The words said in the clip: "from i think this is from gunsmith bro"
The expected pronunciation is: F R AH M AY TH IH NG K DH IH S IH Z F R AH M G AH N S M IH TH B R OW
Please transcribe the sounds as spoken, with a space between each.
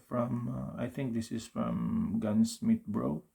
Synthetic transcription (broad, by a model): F R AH M AY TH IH NG K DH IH S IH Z F R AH M G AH N S M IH T B R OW